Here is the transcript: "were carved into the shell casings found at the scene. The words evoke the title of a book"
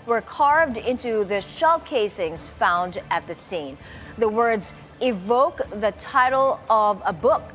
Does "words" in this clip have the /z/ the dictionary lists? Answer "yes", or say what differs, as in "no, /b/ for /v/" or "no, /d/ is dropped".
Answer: yes